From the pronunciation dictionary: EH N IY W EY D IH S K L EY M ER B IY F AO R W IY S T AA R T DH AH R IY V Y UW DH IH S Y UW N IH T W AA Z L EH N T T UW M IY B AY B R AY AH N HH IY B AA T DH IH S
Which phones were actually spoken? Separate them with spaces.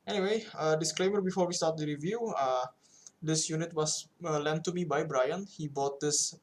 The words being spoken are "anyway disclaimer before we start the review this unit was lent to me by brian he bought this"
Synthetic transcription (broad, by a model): EH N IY W EY D IH S K L EY M ER B IY F AO R W IY S T AA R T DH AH R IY V Y UW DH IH S Y UW N IH T W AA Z L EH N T T UW M IY B AY B R AY AH N HH IY B AA T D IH S